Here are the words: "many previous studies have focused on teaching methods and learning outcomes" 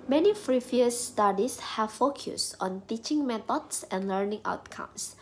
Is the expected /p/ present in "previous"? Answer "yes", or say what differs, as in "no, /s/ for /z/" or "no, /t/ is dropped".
no, /f/ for /p/